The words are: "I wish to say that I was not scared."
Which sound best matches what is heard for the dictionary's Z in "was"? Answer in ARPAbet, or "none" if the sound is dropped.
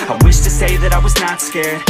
Z